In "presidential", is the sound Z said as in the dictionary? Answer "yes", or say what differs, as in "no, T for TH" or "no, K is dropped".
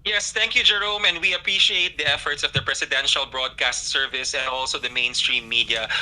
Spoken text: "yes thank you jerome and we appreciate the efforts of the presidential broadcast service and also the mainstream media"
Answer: no, S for Z